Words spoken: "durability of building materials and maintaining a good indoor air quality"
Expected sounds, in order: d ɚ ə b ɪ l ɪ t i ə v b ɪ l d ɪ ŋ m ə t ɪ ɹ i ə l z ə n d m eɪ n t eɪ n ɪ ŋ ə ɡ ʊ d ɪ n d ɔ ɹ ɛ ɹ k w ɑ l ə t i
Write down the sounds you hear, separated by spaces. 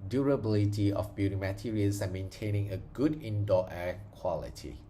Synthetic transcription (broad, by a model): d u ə b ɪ l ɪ t i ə f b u d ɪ m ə t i ɹ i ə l s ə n m eɪ n t eɪ n ɪ ŋ ə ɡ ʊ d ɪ n d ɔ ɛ k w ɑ l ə t i